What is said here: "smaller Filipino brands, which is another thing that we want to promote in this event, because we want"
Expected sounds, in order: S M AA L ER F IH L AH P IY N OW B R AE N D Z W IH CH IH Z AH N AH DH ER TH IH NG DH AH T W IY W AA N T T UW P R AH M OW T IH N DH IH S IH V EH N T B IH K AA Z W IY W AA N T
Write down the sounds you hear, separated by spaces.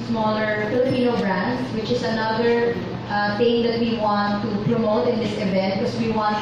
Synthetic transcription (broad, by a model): S M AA L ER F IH L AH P IY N OW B R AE N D W IH CH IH S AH N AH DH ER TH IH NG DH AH T W IY W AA N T T UW P R AH M OW T IH N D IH S IH V EH N T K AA S W IY W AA N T